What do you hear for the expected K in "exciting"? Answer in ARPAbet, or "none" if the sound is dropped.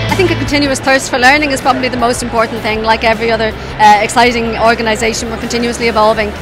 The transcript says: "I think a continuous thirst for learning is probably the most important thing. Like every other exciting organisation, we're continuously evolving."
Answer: K